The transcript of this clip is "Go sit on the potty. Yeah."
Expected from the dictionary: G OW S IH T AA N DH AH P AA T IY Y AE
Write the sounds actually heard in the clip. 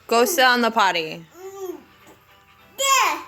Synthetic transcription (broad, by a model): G OW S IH AA N DH AH P AA T IY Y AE